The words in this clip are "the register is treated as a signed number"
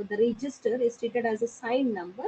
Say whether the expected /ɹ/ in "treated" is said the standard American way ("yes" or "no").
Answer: no